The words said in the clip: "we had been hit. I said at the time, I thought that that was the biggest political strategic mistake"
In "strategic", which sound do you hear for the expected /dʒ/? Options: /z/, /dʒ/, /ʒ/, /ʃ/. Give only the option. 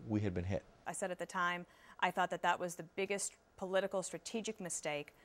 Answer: /dʒ/